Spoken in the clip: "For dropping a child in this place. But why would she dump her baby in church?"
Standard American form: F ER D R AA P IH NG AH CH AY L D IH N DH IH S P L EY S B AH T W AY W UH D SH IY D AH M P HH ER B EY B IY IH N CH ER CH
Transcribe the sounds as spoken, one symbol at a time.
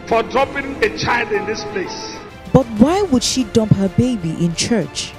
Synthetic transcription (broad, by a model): F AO D R AA P IH NG AH CH AY L D IH N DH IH S P L EY S B AH T W AY W UH D SH IY D AH M P HH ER B EY B IY IH N CH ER CH